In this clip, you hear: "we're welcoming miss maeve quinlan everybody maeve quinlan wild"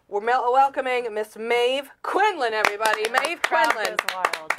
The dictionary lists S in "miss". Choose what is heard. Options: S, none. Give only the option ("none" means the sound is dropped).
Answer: S